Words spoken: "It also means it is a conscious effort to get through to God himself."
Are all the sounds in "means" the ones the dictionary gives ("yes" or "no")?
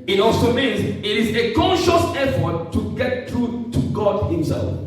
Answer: yes